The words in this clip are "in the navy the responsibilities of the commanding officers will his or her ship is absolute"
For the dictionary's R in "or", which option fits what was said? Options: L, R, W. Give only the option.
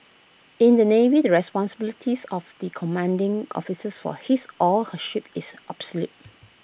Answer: L